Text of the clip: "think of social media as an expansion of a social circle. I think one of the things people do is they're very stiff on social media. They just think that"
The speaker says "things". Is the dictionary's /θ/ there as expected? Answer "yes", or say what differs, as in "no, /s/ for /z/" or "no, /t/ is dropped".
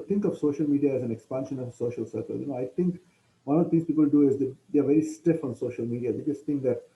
no, /t/ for /θ/